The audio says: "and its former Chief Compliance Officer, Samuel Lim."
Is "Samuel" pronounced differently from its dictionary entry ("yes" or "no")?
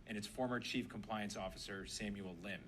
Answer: no